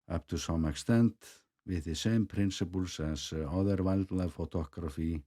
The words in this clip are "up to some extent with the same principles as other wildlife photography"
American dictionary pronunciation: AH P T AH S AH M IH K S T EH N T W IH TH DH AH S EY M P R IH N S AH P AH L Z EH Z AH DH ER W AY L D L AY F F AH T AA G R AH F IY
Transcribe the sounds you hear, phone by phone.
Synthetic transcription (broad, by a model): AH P T AH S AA M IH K S T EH N T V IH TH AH S EY M P R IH N S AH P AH L S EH S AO DH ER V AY L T L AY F F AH T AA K R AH F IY